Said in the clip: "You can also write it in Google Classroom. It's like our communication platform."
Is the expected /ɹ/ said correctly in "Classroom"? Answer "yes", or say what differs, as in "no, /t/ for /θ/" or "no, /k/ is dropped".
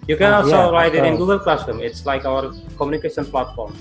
no, /ɹ/ is dropped